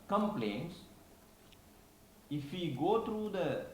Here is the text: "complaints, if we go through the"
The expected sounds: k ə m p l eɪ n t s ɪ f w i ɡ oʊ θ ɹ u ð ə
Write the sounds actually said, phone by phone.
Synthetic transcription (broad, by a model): k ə m p l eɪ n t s ɪ f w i ɡ oʊ t ɹ u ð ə